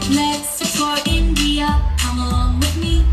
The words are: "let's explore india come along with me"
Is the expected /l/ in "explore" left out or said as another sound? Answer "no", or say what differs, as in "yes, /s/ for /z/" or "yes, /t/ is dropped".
yes, /l/ is dropped